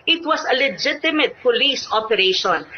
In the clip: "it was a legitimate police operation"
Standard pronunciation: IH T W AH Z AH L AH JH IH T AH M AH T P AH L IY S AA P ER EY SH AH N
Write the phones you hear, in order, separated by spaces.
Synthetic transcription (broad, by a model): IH T W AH S AH L AH JH IH T AH M AH T P AH L IY S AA P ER EY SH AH N